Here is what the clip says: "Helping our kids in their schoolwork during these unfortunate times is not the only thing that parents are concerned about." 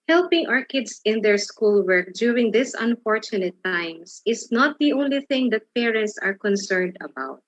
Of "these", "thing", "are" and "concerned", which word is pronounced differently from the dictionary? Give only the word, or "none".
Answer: these